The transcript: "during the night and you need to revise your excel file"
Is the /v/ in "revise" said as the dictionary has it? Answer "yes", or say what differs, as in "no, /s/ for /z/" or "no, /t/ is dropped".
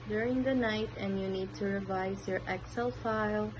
yes